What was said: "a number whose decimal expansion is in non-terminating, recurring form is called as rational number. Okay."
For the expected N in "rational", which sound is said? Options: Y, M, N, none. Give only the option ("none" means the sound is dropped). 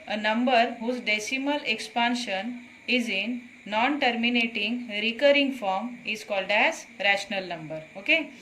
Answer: N